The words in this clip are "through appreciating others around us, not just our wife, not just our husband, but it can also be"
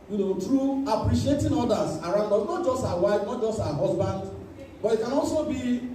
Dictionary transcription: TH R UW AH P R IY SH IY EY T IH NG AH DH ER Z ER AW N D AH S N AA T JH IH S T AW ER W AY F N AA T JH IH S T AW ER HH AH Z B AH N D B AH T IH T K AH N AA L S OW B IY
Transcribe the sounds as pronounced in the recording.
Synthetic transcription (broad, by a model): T R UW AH P R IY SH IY EY T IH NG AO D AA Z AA AW N D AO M N AA T JH IH S T AW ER W AY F N AA T JH IH S T AW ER HH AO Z B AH N D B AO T IH T K AH N AA L S OW B IY